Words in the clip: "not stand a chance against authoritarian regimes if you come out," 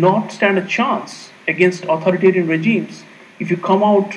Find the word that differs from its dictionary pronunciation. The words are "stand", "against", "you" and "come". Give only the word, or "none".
none